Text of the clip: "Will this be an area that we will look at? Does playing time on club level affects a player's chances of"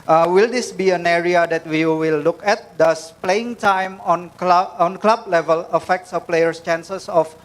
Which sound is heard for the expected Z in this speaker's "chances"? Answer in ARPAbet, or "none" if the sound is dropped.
S